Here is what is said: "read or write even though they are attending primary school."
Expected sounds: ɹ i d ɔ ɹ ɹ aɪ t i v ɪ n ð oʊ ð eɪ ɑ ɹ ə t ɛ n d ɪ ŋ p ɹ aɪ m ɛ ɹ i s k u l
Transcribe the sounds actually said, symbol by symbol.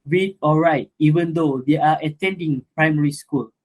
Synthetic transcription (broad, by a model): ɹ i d ɔ l ɹ aɪ t i v ɪ n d oʊ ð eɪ ɑ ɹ ə t ɛ n d ɪ ŋ p ɹ aɪ m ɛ ɹ i s k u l